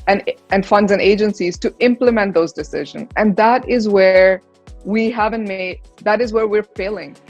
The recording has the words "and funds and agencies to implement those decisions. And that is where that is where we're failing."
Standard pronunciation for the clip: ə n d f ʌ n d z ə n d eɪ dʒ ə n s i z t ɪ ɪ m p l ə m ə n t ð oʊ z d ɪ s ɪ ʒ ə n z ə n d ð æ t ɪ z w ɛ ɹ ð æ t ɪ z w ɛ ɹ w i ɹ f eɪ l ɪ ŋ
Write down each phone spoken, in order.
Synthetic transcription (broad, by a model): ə n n f ʌ n d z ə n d eɪ dʒ ə n s i z t ɪ ɪ m p l ə m ə n t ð oʊ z d ɪ s ɪ ʒ ə n z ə n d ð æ t ɪ z w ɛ ɹ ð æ t ɪ z w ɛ ɹ w i ɹ f eɪ l ɪ ŋ